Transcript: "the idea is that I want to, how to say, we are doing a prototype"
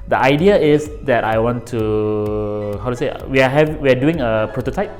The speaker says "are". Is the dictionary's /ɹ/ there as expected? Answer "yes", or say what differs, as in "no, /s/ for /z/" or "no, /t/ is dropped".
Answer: no, /w/ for /ɹ/